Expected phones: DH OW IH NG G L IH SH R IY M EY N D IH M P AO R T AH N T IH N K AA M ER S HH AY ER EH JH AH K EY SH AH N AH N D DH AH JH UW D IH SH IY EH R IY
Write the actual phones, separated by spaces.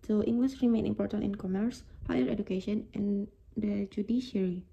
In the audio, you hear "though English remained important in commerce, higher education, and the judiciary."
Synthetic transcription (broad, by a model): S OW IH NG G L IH S R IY M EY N IH M P AO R T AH N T IH N K AA M ER S HH AY ER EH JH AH K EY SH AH N AH N D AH JH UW D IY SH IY R IY